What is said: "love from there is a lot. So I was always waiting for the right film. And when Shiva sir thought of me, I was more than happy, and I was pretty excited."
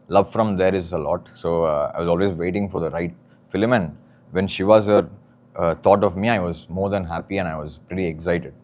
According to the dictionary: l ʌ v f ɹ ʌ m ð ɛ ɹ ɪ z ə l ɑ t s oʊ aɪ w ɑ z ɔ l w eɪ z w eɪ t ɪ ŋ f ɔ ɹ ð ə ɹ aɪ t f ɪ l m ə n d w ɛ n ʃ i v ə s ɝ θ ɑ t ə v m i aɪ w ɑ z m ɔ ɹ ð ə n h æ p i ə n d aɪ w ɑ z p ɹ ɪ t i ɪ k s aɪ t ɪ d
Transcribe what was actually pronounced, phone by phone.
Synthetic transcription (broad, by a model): l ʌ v f ɹ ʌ m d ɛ ɹ ɪ z ə l ɑ t s oʊ aɪ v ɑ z ɔ l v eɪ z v eɪ t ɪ ŋ f ɔ ɹ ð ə ɹ aɪ t f ɪ l m ə n d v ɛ n ʃ i v ə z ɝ t ɑ t ə v m i aɪ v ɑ z m ɔ ɹ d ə n h æ p i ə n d aɪ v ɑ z p ɹ ɪ t i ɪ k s aɪ t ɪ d